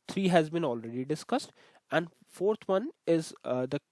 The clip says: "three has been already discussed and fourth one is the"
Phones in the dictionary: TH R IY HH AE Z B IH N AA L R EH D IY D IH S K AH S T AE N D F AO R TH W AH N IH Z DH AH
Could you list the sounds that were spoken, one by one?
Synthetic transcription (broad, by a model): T R IY HH AE Z B IH N AA L R EH D IY D IH S K AH S T AE N D F AO R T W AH N IH Z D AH